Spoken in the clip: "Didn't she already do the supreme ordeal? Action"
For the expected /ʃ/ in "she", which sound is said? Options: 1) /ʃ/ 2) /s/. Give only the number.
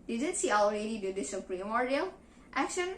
2